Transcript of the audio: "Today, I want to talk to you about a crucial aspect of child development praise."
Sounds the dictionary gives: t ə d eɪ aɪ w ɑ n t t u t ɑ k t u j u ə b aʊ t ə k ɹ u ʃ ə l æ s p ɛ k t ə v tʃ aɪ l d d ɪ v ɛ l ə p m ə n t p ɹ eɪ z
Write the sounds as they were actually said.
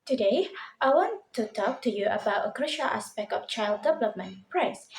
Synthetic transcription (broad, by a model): t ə d eɪ aɪ w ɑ n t t u t ɑ k t u j u ə b aʊ t ə k ɹ u ʃ ə l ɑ s p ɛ k t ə f tʃ aɪ l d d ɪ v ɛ l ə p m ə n p ɹ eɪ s